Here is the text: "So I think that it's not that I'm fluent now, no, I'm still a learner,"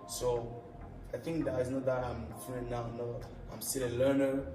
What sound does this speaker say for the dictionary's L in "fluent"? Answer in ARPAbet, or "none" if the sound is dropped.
none